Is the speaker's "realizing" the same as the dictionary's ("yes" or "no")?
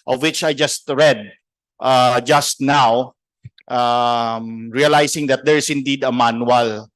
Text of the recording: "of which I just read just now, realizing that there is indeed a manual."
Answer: no